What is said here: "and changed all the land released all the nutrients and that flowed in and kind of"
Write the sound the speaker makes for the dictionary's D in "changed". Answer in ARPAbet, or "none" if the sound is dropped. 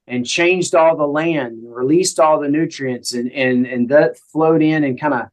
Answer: D